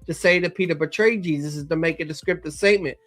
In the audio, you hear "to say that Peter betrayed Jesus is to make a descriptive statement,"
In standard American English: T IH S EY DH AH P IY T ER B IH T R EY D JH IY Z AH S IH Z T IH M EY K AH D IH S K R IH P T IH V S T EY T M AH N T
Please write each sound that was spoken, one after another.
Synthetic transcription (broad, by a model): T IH S EY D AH P IY T ER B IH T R EY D JH IY Z AH S IH Z T IH M EY K AH D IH S K R IH P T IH S T EY T M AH N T